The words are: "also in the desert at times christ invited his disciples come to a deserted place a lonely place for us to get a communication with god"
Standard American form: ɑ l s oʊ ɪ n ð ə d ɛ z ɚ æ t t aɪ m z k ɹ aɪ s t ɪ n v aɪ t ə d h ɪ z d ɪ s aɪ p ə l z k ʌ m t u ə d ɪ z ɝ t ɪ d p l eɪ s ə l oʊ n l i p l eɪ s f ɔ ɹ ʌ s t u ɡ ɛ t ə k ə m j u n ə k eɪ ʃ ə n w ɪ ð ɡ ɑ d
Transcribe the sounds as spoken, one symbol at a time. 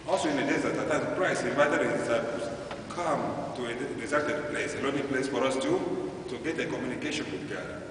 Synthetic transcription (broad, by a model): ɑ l s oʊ ɪ n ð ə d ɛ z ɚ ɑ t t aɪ z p ɹ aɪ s ɪ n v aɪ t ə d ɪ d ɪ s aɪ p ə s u k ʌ m t u ə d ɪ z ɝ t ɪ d p l eɪ s ə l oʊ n i p l eɪ s f ɔ ɹ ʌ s t u ɡ ɛ t ə k ə m j u n ə k eɪ ʃ ə n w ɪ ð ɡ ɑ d